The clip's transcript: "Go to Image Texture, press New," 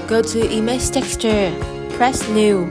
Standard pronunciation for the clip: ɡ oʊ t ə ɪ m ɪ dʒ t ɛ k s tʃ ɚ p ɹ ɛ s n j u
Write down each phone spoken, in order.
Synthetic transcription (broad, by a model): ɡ oʊ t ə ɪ m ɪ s t ɛ k s tʃ ɚ p ɹ ɛ s n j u